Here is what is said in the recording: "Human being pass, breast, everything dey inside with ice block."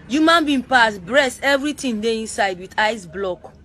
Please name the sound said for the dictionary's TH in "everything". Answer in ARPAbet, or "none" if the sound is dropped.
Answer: T